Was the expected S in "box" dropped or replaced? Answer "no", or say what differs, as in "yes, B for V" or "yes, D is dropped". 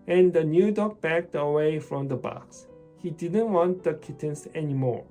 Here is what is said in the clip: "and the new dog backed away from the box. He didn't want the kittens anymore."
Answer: no